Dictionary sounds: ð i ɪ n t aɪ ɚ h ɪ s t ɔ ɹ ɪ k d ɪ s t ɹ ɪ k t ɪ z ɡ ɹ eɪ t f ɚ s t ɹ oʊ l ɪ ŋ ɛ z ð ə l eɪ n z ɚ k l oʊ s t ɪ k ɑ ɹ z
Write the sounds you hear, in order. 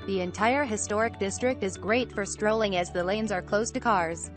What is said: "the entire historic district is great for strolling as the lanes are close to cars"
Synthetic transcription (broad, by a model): ð i ɪ n t aɪ ɚ h ɪ s t ɔ ɹ ɪ k d ɪ s t ɹ ɪ k t ɪ z ɡ ɹ eɪ t f ɚ s t ɹ oʊ l ɪ ŋ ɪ z ð ə l eɪ n z ɚ k l oʊ s t ɪ k ɑ ɹ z